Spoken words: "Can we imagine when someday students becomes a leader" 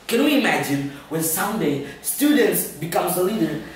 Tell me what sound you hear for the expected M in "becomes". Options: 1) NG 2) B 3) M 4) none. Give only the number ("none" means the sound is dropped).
3